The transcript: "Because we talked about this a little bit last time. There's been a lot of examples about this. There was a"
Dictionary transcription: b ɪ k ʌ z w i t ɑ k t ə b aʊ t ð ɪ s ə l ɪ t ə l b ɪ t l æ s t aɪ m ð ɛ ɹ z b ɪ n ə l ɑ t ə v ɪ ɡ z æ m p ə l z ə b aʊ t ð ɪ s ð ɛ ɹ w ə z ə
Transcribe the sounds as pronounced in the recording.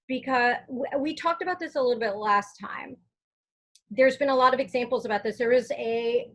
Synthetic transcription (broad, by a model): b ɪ k ʌ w w i t ɑ k t ə b aʊ t ð ɪ s ə l ɪ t l b ɪ t l æ s t aɪ m ð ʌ ɹ z b ɪ n ə l ɑ t ə v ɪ ɡ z æ m p l z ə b aʊ t ð ɪ s ð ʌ ɹ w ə z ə